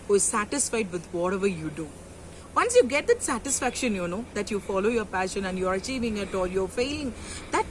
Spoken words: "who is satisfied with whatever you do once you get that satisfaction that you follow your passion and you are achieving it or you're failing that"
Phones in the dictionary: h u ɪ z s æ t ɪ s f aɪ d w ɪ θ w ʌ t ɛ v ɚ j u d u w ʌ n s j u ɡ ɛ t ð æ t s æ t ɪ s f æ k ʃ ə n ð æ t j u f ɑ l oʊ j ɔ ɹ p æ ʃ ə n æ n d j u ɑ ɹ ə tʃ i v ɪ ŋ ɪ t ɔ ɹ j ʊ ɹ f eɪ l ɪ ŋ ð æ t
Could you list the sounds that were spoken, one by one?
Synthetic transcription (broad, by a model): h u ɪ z s æ t ɪ s f aɪ d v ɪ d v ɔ t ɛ v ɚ j u d u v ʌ n s j u ɡ ɛ t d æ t s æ t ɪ s f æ k ʃ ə n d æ t j u f ɑ l oʊ j ɔ ɹ p æ ʃ ə n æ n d j u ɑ ɹ ə tʃ i v ɪ ŋ ɪ t ɔ l j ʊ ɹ f eɪ l ɪ ŋ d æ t